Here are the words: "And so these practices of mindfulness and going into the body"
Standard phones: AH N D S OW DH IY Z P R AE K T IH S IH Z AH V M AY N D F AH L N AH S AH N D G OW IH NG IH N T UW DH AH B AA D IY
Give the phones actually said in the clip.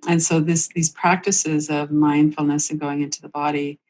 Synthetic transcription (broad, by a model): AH N S OW DH IY Z P R AE K T IH S IH Z AH V M AY N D F L N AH S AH N G OW IH NG IH N T UW DH AH B AA D IY